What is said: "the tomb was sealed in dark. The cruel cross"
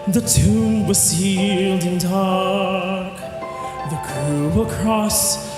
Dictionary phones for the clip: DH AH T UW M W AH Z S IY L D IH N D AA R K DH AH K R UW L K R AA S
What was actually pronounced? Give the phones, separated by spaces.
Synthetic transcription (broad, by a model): DH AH T UW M W AH Z S IY L D IH N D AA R K DH AH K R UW W K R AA S